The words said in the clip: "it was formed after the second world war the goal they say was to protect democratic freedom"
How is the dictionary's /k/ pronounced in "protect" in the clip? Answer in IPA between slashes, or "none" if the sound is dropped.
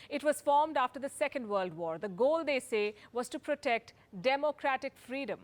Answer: /k/